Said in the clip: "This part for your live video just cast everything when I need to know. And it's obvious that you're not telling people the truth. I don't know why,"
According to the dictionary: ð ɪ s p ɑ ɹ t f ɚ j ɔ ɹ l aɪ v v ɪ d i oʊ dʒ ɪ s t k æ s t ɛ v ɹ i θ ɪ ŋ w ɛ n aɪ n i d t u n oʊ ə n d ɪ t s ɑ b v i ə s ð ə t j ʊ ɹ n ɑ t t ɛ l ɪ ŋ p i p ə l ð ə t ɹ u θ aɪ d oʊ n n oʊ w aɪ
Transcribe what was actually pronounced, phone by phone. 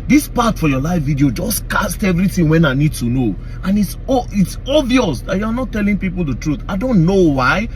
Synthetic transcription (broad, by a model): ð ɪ s p ɑ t f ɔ j ɔ l aɪ f v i d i oʊ dʒ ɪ s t k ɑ s t ɛ v ɹ i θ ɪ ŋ w ɛ n aɪ n i d t u n oʊ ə n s ɪ t s ɑ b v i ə s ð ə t j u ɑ n ɑ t t ɛ l ɪ ŋ p i p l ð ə t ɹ u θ aɪ d oʊ n n oʊ w aɪ